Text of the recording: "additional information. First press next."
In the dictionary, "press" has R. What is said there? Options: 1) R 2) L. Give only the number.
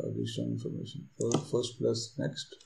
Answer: 2